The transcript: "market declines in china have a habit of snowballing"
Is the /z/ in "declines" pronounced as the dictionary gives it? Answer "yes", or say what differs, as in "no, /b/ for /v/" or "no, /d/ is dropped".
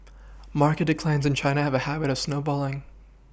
yes